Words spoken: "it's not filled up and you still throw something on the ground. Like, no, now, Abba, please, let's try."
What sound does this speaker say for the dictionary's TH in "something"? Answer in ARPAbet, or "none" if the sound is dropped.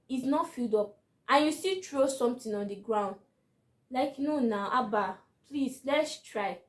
T